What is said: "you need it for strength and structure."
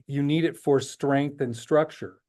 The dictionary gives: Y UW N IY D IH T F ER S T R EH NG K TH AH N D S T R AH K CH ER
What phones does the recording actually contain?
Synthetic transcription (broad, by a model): Y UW N IY D IH T F ER S T R EH NG K TH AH N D S T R AH K CH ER